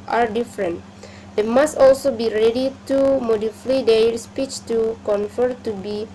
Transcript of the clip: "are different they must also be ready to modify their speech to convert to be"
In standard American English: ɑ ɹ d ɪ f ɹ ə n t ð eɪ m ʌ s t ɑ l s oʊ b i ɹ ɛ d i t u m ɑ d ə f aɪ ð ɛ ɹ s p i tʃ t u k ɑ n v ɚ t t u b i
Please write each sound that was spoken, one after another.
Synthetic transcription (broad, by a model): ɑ ɹ d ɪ f ɹ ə n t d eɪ m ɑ s t ɑ l s oʊ b i ɹ ɛ d i t u m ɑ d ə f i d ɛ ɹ s p i tʃ t u k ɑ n f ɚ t t u b i